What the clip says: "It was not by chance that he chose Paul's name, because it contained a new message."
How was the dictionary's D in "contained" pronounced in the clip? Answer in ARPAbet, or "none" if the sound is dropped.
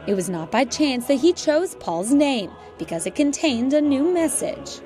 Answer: D